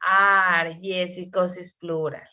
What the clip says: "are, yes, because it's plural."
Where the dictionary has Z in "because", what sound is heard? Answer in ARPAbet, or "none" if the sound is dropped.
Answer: S